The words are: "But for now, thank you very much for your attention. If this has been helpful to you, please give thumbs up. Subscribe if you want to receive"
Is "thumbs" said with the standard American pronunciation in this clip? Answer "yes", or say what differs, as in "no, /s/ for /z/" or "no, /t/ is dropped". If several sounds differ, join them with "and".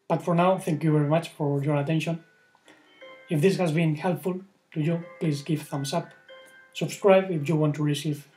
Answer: no, /s/ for /θ/ and /s/ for /z/